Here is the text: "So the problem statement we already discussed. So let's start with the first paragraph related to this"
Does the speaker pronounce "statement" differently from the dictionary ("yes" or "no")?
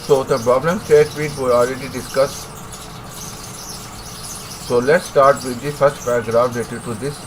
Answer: yes